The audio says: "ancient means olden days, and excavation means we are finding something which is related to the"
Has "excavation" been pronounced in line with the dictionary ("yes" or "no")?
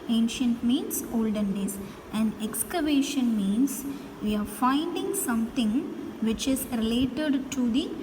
yes